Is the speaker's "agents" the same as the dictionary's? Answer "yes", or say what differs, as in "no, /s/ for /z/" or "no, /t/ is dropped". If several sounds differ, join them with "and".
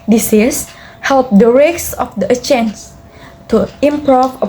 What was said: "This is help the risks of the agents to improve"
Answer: no, /tʃ/ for /dʒ/